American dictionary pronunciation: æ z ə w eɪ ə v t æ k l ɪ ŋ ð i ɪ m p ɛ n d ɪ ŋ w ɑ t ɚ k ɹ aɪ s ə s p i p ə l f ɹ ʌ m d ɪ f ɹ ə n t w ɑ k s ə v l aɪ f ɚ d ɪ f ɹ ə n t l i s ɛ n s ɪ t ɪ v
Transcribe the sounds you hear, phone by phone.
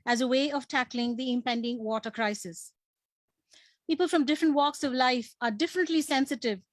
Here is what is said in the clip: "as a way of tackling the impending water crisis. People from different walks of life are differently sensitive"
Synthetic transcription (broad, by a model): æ z ə w eɪ ə v t æ k l ɪ ŋ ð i ɪ m p ɛ n d ɪ ŋ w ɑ t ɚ k ɹ aɪ s ə s p i p ə l f ɹ ʌ m d ɪ f ɹ ə n t w ɑ k s ə v l aɪ f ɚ d ɪ f ɹ ə n t l i s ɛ n s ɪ t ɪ v